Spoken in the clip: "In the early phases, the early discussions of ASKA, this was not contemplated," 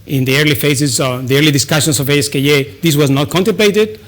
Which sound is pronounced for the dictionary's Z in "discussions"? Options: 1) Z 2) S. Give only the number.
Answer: 2